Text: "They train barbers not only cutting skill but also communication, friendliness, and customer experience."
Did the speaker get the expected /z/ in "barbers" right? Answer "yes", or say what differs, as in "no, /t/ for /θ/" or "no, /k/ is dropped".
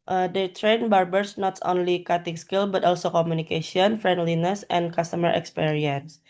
no, /s/ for /z/